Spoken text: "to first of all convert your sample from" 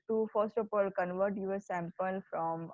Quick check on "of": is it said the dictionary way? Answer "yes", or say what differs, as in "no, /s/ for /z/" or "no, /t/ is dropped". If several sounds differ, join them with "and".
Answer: no, /p/ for /v/